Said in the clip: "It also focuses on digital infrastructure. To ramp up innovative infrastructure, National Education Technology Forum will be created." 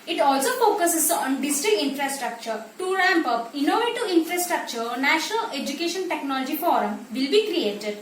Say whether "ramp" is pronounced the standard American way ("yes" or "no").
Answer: yes